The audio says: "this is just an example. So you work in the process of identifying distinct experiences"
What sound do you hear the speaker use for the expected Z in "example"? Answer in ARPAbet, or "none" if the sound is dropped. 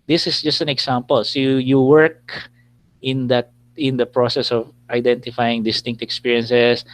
S